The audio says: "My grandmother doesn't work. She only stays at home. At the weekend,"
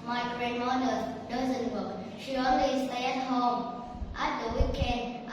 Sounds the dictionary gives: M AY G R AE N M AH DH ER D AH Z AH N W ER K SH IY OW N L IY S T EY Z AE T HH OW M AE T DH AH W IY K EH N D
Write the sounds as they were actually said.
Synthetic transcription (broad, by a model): M AY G R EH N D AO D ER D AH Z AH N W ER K SH IY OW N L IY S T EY AE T HH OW M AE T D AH W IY K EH N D